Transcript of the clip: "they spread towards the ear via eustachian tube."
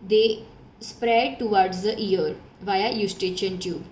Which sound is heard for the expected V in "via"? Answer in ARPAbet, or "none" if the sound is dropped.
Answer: V